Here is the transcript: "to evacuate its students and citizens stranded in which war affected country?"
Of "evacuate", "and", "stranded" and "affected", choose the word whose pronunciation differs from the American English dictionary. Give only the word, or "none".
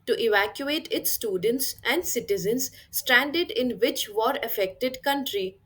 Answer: none